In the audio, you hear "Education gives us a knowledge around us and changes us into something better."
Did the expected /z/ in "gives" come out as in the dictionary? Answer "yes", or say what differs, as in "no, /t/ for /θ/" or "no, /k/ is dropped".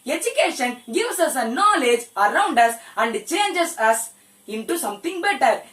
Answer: no, /s/ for /z/